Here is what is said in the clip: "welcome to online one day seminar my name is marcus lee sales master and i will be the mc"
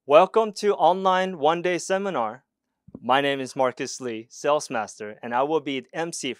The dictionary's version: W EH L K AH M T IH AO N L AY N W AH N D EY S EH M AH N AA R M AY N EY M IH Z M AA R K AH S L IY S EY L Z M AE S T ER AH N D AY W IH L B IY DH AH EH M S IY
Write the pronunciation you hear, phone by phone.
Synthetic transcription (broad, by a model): W EH L K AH M T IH AO N L AY N W AH N D EY S EH M AH N AA R M AY N EY M IH Z M AA R K AH S L IY S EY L S M AE S T ER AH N AY W IH L B IY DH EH M S IY